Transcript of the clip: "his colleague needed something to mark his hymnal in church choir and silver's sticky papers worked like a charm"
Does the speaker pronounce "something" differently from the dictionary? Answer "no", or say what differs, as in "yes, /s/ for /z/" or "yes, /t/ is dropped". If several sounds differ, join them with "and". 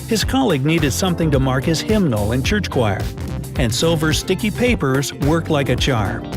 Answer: no